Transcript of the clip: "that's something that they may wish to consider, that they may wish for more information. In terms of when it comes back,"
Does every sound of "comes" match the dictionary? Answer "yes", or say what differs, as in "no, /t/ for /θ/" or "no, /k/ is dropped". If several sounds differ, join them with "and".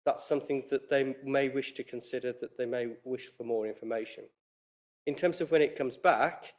yes